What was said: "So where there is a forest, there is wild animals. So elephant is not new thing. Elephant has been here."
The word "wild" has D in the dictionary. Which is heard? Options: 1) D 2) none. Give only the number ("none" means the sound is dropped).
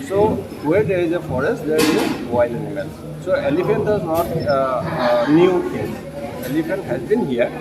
2